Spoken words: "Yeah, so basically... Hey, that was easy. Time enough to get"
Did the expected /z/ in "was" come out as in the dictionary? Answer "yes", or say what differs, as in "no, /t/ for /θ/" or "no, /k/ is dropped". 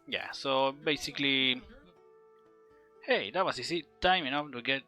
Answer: no, /s/ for /z/